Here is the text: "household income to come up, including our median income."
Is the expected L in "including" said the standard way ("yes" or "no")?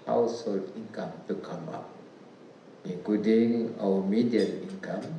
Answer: no